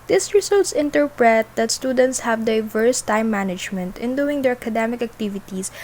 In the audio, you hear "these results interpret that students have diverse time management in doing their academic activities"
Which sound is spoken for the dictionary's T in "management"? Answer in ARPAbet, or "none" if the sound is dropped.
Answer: T